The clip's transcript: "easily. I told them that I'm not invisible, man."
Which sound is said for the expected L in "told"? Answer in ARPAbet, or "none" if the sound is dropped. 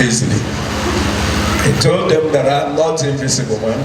L